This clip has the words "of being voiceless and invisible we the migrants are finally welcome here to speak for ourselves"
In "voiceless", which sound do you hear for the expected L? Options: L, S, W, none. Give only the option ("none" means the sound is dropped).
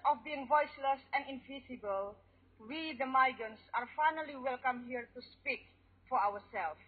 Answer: L